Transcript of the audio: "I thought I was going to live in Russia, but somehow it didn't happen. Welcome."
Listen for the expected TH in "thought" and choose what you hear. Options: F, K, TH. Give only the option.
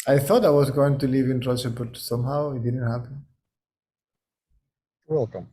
TH